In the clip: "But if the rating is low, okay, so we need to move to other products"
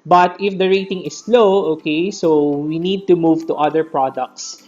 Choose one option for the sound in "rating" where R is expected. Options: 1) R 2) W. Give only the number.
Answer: 1